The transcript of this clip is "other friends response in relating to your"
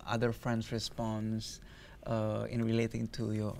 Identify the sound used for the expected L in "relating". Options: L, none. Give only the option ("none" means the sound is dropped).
L